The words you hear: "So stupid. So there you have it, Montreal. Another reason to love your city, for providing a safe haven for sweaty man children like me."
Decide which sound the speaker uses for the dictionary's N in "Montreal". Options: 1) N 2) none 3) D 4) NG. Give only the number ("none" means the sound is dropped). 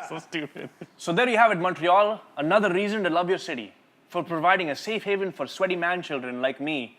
1